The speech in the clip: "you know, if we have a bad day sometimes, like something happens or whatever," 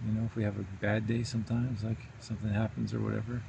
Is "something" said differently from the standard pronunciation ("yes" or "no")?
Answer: no